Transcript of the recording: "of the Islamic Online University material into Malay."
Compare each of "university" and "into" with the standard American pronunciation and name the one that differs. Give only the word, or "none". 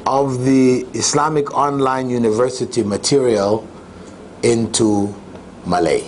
none